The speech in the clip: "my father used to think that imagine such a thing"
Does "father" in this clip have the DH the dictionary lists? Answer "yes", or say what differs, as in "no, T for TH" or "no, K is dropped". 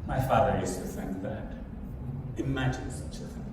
yes